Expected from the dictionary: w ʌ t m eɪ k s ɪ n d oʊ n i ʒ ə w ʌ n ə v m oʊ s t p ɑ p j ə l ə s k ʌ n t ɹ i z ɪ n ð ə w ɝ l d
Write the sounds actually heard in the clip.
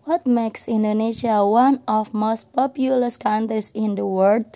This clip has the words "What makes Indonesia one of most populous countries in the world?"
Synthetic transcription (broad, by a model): w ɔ t m eɪ k s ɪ n d oʊ n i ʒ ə w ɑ n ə f m oʊ s t p ɑ p j ə l ə s k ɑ n t ɹ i s ɪ n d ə w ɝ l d